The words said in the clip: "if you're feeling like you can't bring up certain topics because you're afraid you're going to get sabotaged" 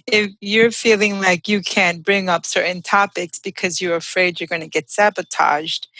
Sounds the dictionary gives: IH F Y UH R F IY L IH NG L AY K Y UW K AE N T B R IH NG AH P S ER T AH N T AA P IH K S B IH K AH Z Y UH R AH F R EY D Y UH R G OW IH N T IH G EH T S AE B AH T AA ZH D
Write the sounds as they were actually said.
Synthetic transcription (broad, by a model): IH F Y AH R F IY L IH NG L AY K Y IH K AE N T B R IH NG AH P S ER T N T AA P IH K S B IH K AH Z Y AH R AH F R EY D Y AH R G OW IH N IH G EH T S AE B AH T AA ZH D